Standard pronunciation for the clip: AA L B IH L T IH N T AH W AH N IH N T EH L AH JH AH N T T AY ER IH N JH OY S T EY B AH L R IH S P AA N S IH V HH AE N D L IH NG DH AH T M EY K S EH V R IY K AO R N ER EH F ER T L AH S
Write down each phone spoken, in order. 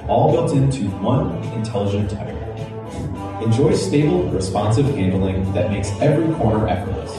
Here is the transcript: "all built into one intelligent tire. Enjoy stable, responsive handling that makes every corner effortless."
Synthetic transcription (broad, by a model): AA L B IH L T IH N T AH W AH N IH N T EH L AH JH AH N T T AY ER IH N JH OY S T EY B L R IH S P AA N S IH V HH AE N D L IH NG DH AH T M EY K S EH V R IY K AO R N ER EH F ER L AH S